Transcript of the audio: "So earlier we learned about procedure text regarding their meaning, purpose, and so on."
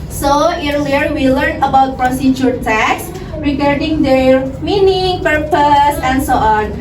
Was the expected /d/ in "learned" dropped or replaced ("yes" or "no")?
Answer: yes